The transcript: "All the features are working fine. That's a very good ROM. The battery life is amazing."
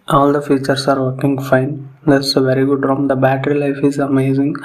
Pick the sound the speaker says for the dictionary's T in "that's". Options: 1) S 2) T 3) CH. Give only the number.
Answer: 1